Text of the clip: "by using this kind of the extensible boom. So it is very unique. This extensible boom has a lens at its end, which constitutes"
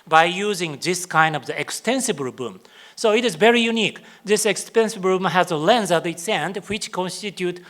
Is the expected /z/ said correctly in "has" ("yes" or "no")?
yes